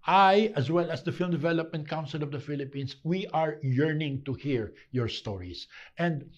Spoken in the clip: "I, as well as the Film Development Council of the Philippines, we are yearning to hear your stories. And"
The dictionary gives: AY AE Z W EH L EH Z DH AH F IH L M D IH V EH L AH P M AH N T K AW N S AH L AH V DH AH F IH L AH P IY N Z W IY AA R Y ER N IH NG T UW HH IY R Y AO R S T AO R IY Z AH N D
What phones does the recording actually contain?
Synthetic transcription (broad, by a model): AY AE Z W EH L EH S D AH F IH L M D IH V EH L AH P M AH N T K AW N S AH L AH V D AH F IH L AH P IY N S W IY AA R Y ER N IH NG T UW HH IY R Y AO R S T AO R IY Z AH N D